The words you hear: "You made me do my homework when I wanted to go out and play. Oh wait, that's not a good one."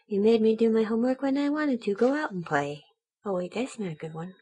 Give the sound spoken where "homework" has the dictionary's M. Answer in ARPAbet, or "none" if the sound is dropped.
M